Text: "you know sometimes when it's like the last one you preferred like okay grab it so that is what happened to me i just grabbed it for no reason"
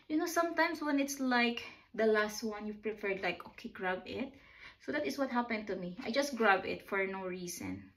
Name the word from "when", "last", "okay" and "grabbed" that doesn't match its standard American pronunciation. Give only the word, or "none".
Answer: grabbed